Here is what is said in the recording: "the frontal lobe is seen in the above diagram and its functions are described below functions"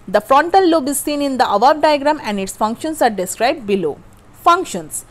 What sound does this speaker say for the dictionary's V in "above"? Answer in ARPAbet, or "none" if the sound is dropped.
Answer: B